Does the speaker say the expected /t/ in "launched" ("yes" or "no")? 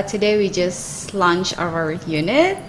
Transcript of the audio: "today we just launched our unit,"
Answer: no